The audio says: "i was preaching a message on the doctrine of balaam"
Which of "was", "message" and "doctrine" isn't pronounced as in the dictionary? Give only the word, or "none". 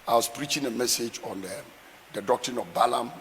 was